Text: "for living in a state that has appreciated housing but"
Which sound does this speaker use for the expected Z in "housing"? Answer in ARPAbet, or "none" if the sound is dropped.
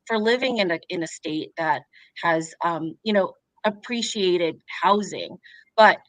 Z